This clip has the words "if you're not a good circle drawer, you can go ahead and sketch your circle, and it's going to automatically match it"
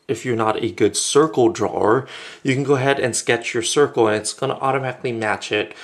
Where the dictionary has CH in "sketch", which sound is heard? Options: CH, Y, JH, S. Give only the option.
CH